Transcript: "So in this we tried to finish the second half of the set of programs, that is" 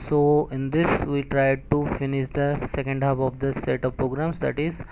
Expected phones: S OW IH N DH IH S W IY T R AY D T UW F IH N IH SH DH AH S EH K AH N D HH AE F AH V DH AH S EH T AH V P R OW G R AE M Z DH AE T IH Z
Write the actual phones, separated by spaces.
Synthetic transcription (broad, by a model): S OW IH N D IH S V IY T R AY D T UW F IH N IH SH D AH S EH K AH N D HH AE P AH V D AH S EH T AH V P R OW G R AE M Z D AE T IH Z